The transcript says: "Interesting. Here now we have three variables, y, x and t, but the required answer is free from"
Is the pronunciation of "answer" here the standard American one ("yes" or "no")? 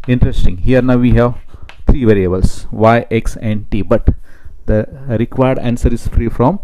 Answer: yes